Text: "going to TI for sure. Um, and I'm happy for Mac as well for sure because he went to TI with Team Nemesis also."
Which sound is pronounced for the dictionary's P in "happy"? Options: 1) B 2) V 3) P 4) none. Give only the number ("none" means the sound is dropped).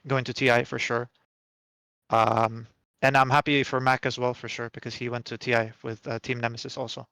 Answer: 3